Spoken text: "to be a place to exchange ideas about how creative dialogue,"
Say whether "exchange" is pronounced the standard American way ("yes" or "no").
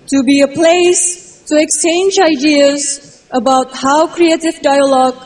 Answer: yes